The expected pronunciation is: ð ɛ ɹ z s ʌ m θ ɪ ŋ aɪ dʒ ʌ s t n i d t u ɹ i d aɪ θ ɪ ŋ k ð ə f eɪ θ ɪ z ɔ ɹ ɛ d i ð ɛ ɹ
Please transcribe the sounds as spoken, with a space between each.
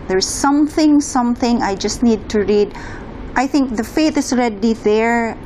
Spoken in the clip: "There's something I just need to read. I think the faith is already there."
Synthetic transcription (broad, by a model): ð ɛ ɹ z s ʌ m θ ɪ ŋ aɪ dʒ ʌ s t n i d t u ɹ i d aɪ θ ɪ ŋ k ð ə f eɪ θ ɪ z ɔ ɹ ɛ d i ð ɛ ɹ